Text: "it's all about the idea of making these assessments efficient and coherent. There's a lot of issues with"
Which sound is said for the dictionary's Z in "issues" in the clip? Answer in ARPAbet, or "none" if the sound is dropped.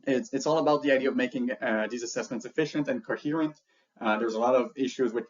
Z